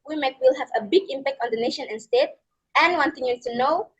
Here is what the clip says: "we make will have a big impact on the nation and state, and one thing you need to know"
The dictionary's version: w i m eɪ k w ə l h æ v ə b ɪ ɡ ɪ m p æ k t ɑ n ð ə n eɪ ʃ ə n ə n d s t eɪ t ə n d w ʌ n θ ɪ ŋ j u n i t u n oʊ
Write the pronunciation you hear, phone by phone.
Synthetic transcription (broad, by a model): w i m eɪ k w ə l h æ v ə b ɪ ɡ ɪ m p æ k t ɑ n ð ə n eɪ ʃ ə n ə n s t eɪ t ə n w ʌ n t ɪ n j u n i t u n oʊ